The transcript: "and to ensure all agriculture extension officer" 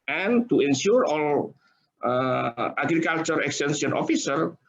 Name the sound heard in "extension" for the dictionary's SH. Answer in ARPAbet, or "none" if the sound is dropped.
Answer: S